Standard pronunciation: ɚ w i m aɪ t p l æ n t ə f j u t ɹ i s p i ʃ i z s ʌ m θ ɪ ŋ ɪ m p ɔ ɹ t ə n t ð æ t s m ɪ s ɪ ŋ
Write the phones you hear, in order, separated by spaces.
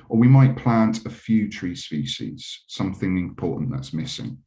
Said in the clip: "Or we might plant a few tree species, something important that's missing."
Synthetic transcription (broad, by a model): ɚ w i m aɪ t p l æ n t ə f j u t ɹ i s p i ʃ i z s ʌ m θ ɪ ŋ ɪ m p ɔ t n ð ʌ t s m ɪ s ɪ ŋ